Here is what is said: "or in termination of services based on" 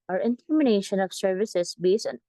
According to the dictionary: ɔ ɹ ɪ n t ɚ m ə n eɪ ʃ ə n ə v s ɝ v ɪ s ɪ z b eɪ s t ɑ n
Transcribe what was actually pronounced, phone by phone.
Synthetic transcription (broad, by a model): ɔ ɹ ɪ n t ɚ m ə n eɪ ʃ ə n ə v s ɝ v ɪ s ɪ s b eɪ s ɑ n